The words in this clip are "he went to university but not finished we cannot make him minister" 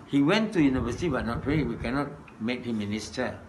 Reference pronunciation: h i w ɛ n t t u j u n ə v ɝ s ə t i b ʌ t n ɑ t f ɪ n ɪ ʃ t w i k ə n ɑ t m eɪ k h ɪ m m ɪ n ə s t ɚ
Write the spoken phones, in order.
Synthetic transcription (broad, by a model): h i w ɛ n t t u j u n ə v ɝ s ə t i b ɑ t n ɑ t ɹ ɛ ɪ w i k ə n ɑ t m eɪ k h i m m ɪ n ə s t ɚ